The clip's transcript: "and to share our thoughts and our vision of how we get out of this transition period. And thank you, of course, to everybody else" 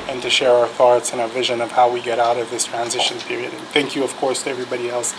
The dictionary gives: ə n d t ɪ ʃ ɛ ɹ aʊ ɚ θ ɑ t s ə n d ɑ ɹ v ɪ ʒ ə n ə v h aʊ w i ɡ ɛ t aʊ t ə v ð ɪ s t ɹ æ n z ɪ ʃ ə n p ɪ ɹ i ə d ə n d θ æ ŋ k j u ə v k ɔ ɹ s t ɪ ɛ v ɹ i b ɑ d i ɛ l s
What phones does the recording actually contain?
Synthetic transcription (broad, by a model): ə n t ɪ ʃ ɛ ɹ aʊ ɚ θ ɑ t s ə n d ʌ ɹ v ɪ ʒ ə n ə v h aʊ w i ɡ ɛ t aʊ t ə v ð ɪ s t ɹ æ n z ɪ ʃ ə n p ɪ ɹ i ə d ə n θ æ ŋ k j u ə v k ɔ ɹ s t ɪ ɛ v ɹ i b ɑ d i ɛ l s